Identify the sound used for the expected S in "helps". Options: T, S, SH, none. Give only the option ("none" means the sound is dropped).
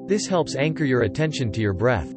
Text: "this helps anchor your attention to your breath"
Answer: S